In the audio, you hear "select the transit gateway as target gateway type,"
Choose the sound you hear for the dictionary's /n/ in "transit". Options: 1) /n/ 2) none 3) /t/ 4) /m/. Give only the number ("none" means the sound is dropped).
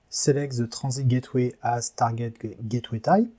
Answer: 2